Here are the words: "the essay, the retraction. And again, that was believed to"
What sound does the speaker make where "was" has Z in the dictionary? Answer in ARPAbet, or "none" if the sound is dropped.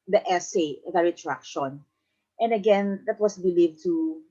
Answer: S